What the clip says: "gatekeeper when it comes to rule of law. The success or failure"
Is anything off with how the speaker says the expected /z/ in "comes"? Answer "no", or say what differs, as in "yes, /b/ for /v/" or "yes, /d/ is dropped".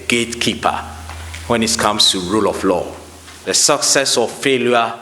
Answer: yes, /s/ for /z/